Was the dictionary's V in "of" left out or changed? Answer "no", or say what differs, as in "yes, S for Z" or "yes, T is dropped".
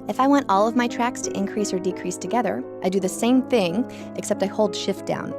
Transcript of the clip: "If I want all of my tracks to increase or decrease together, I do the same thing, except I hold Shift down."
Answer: no